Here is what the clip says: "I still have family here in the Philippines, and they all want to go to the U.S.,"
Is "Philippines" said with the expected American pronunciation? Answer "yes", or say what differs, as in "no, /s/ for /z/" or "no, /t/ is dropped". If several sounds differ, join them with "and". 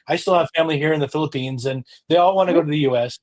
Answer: yes